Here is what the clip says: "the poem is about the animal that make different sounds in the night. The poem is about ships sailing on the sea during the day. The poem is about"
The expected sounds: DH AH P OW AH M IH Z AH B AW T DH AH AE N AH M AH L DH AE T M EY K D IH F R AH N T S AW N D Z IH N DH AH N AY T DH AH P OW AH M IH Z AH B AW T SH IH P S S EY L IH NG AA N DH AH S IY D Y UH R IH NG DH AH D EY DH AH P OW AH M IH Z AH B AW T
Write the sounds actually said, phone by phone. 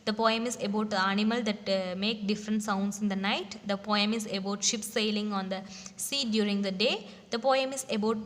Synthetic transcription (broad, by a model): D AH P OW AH M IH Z AH B AW T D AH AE N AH M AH L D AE T M EY K D IH F R AH N T S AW N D S IH N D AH N AY T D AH P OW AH M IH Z AH B AW T SH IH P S S EY L IH NG AA N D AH S IY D Y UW R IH NG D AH D EY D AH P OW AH M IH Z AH B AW T